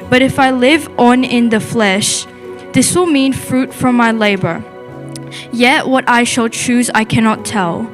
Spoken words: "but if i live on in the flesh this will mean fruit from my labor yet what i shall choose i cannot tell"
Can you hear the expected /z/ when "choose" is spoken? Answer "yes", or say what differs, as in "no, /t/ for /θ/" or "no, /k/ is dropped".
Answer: yes